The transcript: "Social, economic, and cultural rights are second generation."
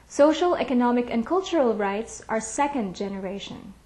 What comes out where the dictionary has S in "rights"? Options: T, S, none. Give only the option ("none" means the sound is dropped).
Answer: S